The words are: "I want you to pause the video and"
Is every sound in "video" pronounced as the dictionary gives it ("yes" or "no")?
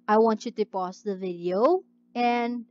yes